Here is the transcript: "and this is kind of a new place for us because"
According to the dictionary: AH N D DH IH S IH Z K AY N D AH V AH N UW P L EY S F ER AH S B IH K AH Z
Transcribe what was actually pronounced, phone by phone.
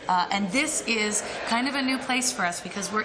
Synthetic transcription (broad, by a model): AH N DH IH S IH Z K AY N D AH V AH N UW P L EY S F ER AH S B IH K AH Z